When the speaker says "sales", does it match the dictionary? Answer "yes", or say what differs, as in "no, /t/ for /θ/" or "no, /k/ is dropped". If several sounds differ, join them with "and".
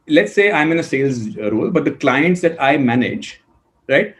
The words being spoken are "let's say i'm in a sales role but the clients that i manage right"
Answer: yes